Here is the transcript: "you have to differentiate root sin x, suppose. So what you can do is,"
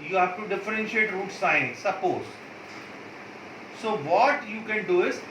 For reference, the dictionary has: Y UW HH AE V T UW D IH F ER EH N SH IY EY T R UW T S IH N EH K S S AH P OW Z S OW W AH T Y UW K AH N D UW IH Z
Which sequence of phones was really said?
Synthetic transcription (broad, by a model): Y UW HH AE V T UW D IH F ER EH N SH IY EY T R UW T S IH AH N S S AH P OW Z S OW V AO T Y UW K AH N D UW IH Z